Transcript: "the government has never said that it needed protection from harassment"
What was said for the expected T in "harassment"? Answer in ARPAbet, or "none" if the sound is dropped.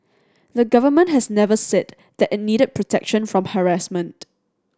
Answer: T